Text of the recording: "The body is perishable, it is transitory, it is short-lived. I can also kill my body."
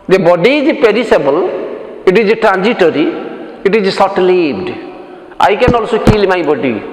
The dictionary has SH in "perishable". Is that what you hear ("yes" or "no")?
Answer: no